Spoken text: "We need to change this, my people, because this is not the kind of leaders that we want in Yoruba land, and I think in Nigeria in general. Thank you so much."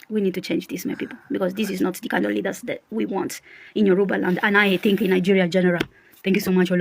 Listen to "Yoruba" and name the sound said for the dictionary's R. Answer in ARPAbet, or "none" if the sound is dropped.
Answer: R